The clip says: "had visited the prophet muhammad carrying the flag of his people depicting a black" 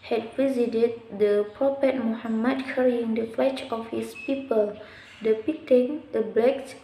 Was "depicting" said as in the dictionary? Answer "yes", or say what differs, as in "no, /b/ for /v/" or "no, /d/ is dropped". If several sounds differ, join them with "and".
no, /k/ is dropped